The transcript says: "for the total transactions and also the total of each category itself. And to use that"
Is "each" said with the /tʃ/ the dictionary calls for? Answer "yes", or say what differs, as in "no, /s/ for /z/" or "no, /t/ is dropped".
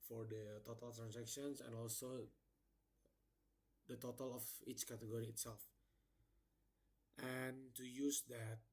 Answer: yes